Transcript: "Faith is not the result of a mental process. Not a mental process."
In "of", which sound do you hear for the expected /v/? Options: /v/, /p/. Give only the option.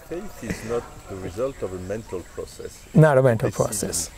/v/